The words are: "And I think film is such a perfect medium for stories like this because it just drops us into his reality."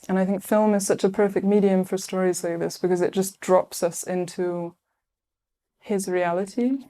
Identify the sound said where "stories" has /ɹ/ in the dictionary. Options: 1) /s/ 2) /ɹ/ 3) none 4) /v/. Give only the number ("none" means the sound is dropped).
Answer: 2